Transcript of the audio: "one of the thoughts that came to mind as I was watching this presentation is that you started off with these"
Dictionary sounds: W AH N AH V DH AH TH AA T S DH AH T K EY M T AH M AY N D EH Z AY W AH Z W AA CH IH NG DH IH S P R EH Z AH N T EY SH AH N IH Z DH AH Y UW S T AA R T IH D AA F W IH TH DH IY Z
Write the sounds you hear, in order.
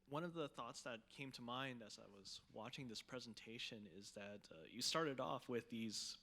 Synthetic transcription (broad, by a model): W AH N AH V DH AH TH AA T S DH AH T K EY M T AH M AY N D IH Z AY W AH Z W AA CH IH NG DH IH S P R EH Z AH N T EY SH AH N IH Z DH AH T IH S T AA R T IH D AA F W IH DH IY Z